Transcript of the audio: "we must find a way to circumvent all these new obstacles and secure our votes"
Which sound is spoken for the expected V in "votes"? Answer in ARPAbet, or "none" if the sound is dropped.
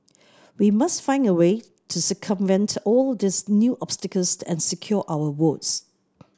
W